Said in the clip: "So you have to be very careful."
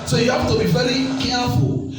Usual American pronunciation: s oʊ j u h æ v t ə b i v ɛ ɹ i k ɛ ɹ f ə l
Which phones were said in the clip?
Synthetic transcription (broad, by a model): s oʊ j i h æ p t ə b i v ɛ ɹ i k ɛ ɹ f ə l